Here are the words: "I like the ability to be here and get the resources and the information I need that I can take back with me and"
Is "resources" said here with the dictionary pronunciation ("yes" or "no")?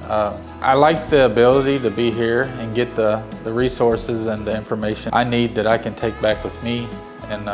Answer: yes